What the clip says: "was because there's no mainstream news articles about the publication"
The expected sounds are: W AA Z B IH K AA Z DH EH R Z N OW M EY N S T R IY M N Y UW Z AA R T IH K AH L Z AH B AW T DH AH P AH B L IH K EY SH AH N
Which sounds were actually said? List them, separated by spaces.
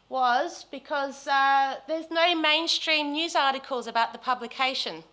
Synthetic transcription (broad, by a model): W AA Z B IH K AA Z DH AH Z N OW M EY N S T R IY M N Y UW Z AA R T IH K AH L Z AH B AW T DH AH P AH B L IH K EY SH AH N